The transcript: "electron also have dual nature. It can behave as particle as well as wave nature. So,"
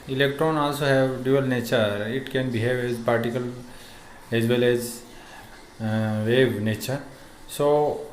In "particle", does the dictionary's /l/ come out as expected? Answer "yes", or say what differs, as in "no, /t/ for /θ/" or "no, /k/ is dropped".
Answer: yes